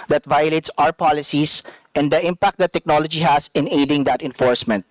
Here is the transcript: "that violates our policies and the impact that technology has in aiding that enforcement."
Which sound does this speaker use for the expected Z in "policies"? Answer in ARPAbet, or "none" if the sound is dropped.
S